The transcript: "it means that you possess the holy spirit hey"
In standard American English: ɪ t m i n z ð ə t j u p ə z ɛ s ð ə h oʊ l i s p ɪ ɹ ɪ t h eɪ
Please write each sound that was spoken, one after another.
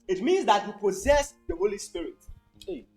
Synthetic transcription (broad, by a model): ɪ t m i n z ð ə t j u p ə z ɛ s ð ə h oʊ l i s p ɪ ɹ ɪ t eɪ